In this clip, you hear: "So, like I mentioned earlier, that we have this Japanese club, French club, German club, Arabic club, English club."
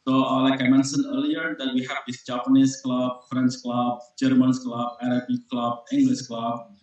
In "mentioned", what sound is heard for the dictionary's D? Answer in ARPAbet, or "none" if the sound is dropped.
none